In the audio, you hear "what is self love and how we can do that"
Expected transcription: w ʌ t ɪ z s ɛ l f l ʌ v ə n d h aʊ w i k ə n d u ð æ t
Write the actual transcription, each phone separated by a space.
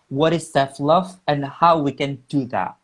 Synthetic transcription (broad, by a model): w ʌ t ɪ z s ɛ f l ʌ v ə n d h aʊ w i k ə n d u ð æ t